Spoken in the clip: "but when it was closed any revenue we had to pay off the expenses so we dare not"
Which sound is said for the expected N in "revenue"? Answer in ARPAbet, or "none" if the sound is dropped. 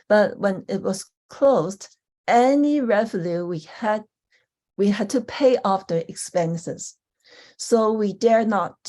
L